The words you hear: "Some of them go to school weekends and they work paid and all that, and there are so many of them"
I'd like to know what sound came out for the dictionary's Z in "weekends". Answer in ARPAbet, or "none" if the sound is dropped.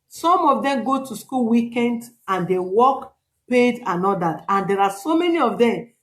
none